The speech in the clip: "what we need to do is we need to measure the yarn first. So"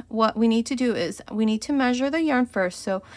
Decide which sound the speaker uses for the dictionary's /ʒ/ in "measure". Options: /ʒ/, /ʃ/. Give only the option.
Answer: /ʒ/